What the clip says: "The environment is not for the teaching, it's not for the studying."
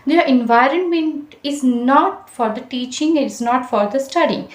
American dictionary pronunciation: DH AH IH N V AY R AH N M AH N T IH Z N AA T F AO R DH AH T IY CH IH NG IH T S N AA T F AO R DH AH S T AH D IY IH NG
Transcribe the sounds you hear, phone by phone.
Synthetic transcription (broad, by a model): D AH IH N V AY R AH N M AH N T IH Z N AA T F AO R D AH T IY CH IH NG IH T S N AA T F AO R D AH S T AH D IY